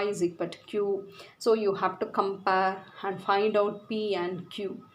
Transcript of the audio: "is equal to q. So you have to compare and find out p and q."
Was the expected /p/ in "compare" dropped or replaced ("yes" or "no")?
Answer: no